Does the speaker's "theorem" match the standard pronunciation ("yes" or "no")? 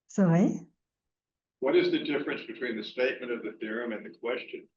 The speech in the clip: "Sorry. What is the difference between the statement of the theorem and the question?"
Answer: yes